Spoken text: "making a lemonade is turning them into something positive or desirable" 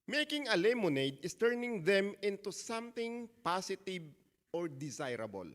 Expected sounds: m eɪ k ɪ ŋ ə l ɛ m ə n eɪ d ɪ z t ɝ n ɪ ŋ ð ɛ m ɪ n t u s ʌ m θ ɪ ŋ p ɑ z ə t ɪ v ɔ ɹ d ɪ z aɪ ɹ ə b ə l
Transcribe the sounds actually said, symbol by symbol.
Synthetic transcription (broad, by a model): m eɪ k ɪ ŋ ə l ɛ m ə n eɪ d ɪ s t ɝ n ɪ ŋ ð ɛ m ɪ n t u s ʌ m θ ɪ ŋ p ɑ s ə t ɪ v ɔ ɹ d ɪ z aɪ ɹ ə b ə l